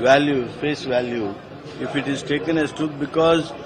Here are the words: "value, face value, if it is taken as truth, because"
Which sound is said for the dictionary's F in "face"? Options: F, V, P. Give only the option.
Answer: P